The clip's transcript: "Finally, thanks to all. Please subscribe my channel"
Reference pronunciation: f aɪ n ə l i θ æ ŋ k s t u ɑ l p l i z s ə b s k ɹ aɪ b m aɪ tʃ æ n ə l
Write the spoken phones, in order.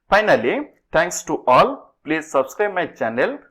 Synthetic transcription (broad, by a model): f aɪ n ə l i t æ ŋ k s t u ɑ l p l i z s ə b s k ɹ aɪ b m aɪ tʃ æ n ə l